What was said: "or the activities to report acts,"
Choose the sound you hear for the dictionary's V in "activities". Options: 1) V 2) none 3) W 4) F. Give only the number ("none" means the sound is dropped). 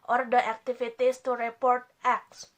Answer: 4